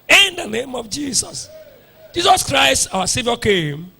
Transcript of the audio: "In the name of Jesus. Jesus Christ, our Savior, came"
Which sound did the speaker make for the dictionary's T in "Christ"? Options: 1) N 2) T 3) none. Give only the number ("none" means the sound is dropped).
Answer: 2